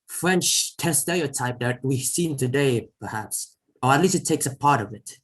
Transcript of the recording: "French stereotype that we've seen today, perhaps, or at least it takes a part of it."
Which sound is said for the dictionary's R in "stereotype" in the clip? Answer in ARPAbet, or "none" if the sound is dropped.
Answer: L